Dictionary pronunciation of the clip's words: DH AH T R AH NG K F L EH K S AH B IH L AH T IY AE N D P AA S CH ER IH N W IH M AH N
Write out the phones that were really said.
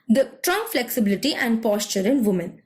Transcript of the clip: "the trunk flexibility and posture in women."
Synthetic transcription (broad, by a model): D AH T R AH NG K F L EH K S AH B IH L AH T IY AE N D P AA S CH ER IH N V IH M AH N